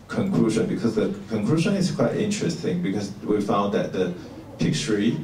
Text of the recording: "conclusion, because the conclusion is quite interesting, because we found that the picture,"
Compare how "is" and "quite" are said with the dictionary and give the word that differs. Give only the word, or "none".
is